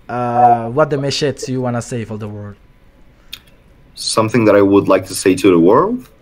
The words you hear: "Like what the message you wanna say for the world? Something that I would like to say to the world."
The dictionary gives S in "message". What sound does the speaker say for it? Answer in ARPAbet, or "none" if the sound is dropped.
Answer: SH